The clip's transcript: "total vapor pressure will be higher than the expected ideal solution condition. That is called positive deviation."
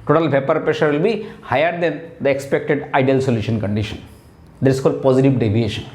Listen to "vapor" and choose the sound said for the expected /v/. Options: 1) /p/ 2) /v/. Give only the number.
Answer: 1